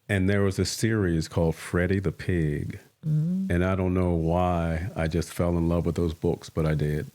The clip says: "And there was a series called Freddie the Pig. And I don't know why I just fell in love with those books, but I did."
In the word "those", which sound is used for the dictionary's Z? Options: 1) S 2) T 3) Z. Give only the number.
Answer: 3